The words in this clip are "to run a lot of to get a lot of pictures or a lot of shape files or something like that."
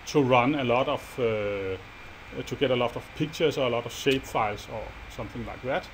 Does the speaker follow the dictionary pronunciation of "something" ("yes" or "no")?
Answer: yes